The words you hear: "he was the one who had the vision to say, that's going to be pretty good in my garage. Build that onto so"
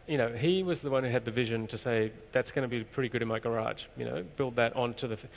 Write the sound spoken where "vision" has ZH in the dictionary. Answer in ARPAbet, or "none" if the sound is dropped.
ZH